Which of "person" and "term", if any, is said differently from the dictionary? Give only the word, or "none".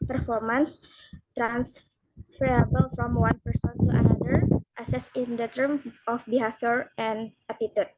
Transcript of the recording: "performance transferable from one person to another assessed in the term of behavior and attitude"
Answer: none